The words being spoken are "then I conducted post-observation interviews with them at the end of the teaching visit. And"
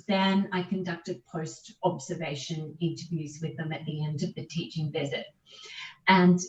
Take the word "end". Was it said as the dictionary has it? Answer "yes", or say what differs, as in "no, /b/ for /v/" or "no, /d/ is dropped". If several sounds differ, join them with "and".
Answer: yes